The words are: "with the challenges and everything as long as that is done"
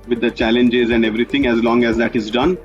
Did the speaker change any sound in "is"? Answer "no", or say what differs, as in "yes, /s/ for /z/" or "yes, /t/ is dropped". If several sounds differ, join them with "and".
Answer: no